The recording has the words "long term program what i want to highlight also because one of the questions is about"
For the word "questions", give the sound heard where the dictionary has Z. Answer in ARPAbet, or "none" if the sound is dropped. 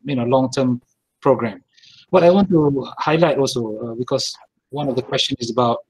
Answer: none